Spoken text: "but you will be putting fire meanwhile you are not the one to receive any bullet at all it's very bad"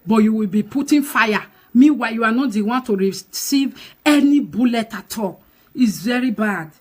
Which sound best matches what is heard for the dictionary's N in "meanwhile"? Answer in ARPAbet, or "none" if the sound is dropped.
none